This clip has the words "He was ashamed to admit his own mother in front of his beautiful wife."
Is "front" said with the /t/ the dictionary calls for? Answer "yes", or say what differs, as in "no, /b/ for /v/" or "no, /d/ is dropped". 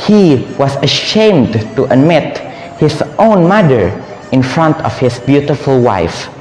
yes